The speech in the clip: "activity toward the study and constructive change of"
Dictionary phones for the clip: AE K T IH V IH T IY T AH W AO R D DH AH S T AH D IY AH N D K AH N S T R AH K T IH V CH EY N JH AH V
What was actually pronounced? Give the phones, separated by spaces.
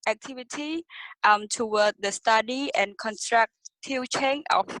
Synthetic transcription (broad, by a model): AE K T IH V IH T IY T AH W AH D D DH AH S T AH D IY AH N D K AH N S T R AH K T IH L CH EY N AH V